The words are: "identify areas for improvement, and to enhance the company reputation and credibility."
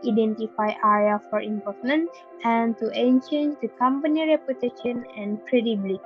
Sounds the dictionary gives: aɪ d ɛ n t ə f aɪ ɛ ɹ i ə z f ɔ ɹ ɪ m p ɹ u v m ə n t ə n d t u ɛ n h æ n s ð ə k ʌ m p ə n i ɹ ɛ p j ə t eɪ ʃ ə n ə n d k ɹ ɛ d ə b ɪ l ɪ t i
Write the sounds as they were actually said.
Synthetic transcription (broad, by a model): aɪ d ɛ n t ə f aɪ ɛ ɹ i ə f ɔ ɹ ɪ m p ɔ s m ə n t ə n t u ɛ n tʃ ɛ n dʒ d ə k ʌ m p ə n i ɹ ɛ p j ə t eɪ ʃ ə n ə n k ɹ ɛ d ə b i l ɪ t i